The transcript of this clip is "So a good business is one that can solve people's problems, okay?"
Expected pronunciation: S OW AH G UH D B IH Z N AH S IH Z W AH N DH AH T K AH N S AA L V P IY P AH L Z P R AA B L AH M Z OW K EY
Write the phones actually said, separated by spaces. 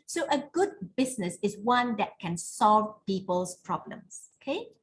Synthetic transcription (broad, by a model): S OW AH G UH D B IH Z N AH S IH S W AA N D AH T K AH N S AA L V P IY P AH L S P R AA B L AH M S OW K EY